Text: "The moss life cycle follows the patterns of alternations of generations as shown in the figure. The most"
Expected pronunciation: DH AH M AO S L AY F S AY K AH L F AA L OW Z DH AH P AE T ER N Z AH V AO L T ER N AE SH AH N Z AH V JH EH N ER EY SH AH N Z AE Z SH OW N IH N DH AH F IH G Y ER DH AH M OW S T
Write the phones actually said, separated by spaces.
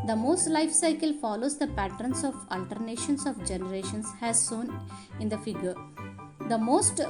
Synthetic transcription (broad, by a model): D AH M AO S L AY F S AY K AH L F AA L OW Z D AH P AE T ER N S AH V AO L T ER N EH SH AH N S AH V JH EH N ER EY SH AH N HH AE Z S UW N IH N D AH F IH G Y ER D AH M OW S T